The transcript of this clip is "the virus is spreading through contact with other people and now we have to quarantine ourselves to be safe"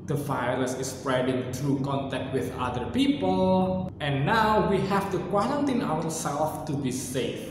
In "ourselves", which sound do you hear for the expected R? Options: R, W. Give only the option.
W